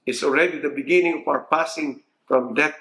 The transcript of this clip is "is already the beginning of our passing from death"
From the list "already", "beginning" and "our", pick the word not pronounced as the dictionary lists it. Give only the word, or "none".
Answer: our